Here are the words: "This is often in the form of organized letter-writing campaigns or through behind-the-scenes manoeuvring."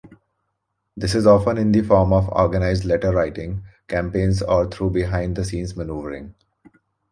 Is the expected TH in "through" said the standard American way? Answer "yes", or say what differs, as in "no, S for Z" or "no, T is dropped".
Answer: no, T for TH